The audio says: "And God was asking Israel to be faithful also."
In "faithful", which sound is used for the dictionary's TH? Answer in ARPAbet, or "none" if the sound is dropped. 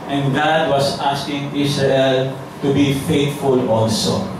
T